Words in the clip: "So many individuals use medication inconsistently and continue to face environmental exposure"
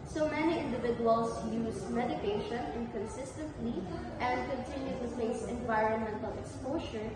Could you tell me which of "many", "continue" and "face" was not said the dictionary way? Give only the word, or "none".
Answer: face